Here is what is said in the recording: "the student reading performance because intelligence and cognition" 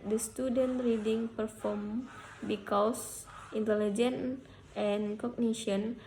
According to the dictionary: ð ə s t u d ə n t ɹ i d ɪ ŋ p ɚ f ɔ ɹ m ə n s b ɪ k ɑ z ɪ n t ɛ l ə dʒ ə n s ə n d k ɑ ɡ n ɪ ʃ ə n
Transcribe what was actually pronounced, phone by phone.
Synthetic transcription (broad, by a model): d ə s t u d ə n t ɹ i d ɪ ŋ p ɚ f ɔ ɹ m b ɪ k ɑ s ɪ n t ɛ l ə dʒ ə n ə n k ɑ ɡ n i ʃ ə n